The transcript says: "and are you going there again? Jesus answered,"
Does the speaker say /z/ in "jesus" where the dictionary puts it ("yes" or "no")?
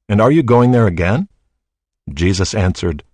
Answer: yes